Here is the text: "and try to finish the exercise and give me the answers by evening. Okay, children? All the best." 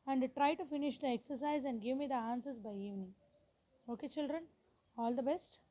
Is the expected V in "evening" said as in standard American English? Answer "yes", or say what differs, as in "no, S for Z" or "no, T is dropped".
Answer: yes